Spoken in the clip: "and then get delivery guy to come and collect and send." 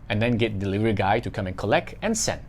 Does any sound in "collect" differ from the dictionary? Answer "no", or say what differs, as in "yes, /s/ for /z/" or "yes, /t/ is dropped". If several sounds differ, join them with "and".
no